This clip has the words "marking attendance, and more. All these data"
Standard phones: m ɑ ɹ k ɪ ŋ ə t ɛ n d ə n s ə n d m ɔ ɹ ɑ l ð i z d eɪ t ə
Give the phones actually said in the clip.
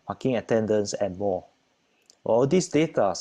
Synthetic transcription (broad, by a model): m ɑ k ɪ ŋ ə t ɛ n d ə n s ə n m ɔ w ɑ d i s d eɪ t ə